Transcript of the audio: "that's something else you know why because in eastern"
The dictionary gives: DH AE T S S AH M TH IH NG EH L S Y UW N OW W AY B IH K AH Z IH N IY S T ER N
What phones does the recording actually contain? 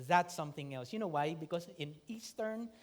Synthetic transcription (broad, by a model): DH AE T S S AH M TH IH NG EH L S Y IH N OW W AY B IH K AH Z IH N IY S T ER N